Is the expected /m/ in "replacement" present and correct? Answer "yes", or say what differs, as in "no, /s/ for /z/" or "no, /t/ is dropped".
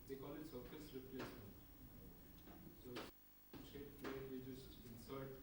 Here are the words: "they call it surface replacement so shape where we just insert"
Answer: no, /m/ is dropped